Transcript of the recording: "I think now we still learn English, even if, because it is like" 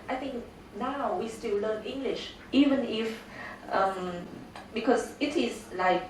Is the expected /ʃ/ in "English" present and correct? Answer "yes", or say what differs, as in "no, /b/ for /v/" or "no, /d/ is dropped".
yes